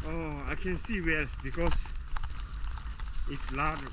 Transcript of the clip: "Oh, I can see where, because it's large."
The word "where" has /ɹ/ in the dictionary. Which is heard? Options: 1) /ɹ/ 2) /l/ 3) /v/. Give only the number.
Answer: 2